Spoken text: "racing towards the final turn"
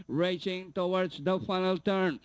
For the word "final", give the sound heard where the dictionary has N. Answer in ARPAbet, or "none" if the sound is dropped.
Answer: N